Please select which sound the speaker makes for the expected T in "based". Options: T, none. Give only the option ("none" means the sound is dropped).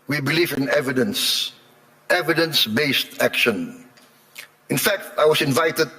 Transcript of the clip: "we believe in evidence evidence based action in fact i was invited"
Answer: T